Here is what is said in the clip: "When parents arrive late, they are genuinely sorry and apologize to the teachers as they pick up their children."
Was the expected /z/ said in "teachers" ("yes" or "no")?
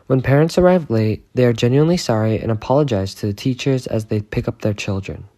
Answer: yes